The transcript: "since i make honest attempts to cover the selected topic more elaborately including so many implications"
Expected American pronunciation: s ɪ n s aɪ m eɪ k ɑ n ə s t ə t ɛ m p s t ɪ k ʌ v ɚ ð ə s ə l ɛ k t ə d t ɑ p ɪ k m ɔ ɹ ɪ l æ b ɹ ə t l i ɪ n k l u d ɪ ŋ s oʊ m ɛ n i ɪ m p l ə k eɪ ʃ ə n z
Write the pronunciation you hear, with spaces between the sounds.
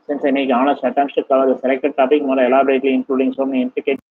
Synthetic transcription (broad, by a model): s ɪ n s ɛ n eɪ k ɑ n ə s t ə t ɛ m s t ɪ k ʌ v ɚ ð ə s ə l ɛ k t ə d t ɑ p ɪ k m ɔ l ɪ l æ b ɹ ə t l i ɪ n k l u d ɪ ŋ s oʊ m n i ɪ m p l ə k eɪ